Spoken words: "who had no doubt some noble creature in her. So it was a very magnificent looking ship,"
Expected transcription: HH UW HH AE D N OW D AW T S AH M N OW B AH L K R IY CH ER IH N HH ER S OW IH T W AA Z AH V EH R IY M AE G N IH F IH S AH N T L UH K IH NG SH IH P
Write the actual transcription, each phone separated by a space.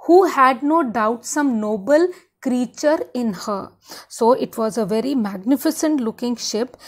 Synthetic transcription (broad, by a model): HH UW HH AE D N OW D AW T S AH M N OW B AH L K R IY CH ER IH N HH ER S OW IH T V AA Z AH V EH R IY M AE G N IH F IH S AH N T L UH K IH NG SH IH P